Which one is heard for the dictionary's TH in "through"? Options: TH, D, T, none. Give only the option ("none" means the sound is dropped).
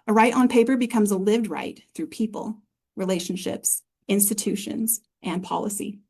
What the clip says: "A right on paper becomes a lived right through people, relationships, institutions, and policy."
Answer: TH